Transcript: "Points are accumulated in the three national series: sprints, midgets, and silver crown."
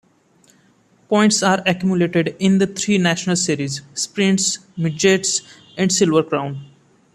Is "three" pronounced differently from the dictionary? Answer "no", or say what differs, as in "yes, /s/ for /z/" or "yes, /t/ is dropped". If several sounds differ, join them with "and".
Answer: yes, /t/ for /θ/